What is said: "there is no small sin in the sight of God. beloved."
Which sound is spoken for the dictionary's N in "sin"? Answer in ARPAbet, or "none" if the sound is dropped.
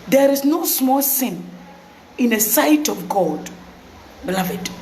N